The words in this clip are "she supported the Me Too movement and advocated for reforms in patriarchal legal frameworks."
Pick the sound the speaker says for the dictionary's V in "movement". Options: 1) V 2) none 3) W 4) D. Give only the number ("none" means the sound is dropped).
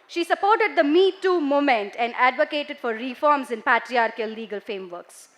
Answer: 2